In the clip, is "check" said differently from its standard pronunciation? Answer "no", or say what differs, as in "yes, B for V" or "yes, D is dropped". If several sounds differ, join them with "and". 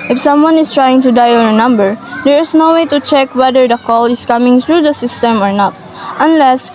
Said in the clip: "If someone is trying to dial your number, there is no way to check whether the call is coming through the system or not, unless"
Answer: no